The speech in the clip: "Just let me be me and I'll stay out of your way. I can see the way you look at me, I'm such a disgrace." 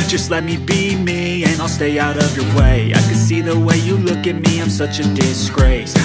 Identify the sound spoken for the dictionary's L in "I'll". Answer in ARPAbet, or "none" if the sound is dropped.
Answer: L